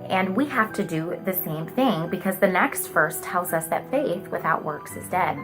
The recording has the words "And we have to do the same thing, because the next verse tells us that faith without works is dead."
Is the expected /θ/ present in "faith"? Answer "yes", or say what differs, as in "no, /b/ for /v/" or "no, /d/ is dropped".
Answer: yes